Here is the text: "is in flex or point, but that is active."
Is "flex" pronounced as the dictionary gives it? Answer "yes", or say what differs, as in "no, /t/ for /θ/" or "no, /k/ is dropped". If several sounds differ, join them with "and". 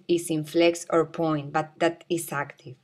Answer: yes